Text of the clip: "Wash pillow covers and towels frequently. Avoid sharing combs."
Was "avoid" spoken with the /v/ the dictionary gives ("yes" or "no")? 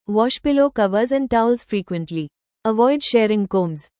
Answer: yes